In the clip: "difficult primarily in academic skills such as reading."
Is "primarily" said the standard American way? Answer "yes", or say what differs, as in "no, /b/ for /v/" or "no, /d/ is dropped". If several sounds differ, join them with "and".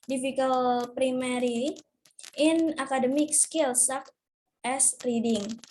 no, /l/ is dropped